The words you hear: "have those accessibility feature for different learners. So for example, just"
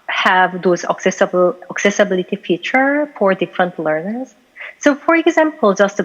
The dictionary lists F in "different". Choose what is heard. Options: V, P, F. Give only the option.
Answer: F